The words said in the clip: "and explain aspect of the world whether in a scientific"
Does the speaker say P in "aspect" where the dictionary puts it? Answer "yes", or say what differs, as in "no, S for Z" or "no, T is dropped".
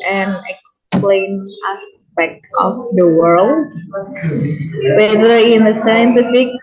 no, B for P